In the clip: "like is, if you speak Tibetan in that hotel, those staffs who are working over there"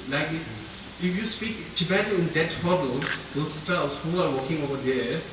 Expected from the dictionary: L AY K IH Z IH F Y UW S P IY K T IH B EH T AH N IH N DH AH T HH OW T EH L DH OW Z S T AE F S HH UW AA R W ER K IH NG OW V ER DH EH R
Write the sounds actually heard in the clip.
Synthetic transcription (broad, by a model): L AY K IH IH F Y UW S P IY K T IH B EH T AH IH N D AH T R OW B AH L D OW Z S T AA S HH UW AA R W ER K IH NG OW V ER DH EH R